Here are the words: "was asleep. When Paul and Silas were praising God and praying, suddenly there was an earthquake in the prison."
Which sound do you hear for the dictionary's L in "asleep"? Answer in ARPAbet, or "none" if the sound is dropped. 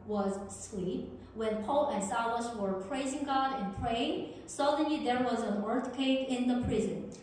W